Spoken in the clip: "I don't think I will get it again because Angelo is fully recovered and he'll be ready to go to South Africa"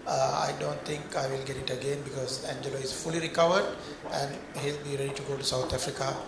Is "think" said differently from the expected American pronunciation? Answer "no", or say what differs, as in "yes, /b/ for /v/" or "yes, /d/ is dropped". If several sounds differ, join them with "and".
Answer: yes, /t/ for /θ/